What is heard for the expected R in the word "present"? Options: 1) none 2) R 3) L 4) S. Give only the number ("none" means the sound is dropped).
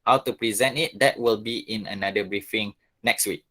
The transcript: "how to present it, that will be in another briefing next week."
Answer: 2